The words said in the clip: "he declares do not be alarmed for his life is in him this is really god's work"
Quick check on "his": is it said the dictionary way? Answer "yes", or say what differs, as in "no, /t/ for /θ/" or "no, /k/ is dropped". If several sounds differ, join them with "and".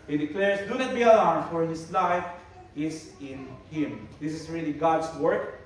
no, /s/ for /z/